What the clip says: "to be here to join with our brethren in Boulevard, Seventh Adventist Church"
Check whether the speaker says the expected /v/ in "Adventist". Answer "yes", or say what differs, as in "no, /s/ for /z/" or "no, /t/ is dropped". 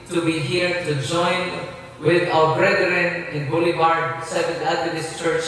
no, /v/ is dropped